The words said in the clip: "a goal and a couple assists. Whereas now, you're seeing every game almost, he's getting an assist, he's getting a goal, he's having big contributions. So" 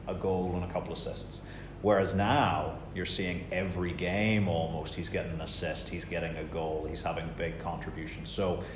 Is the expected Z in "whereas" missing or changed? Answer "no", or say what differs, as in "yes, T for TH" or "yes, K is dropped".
no